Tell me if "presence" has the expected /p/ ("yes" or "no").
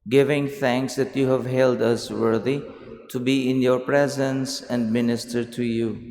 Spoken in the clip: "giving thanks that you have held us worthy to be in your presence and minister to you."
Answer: yes